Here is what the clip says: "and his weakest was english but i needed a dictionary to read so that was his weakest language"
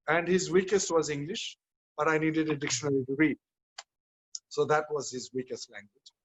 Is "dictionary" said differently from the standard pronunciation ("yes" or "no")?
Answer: yes